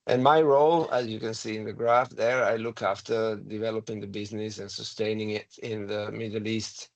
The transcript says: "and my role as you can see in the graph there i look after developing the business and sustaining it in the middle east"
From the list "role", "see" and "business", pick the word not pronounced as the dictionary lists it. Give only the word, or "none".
none